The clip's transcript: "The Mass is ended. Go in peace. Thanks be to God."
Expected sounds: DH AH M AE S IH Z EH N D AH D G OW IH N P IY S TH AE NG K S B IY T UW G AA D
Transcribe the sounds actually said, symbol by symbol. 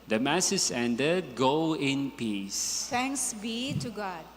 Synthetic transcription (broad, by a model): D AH M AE S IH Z EH N D AH D G OW IH N P IY S T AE NG K S B IY T UW G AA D